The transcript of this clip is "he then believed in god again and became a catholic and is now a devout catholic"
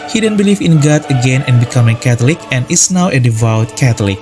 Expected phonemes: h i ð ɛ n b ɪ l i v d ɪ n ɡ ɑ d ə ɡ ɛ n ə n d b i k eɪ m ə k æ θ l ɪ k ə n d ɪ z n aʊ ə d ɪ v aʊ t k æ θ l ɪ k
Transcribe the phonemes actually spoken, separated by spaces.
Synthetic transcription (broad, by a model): h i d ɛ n b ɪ l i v ɪ n ɡ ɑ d ə ɡ ɛ n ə n b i k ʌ m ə k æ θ l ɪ k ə n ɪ s n aʊ ə d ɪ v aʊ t k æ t l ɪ k